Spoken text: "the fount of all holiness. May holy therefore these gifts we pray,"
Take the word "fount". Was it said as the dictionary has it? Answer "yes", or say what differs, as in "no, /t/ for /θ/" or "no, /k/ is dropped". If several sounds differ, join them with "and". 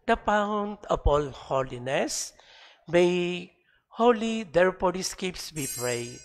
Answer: no, /p/ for /f/